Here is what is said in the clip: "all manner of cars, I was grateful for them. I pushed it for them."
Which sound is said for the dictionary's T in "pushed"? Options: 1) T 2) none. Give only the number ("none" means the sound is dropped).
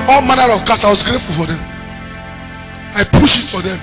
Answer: 2